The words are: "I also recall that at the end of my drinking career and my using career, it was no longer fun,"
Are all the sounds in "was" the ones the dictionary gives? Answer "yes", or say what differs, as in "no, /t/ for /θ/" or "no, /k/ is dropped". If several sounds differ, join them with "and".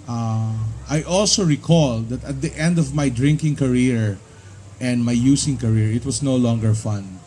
no, /s/ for /z/